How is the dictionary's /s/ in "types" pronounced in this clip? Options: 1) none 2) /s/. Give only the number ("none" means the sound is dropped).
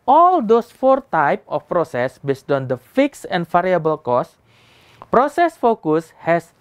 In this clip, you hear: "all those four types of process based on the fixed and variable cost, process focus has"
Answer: 1